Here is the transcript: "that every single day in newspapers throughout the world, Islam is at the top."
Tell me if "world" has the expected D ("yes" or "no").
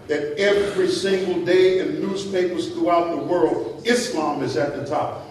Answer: yes